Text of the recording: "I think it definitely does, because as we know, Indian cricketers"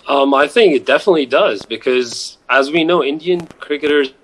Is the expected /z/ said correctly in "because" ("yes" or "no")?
yes